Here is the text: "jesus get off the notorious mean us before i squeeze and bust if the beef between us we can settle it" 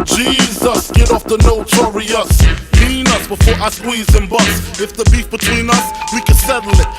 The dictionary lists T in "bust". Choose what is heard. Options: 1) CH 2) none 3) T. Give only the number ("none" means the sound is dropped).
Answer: 2